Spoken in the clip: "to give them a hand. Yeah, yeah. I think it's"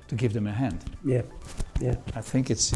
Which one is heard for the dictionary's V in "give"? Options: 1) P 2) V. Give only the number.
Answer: 2